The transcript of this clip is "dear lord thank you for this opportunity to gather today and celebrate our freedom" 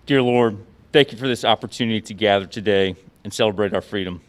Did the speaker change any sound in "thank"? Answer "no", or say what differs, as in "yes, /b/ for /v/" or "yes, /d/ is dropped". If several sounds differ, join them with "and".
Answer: no